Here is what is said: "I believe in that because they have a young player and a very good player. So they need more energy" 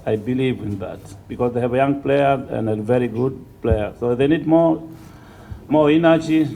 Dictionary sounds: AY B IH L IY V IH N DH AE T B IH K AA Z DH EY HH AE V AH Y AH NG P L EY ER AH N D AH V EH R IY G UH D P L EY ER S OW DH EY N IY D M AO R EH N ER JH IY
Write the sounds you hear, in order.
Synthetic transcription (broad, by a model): AY B IH L IY V IH N DH AE T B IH K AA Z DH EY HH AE V AH Y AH NG P L EY ER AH N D AH V EH R IY G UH D P L EY ER S OW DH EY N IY D M AO R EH N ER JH IY